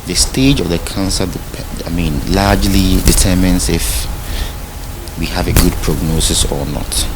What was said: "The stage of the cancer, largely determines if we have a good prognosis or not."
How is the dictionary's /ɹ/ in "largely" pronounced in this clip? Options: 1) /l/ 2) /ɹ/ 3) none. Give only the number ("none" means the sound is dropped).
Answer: 1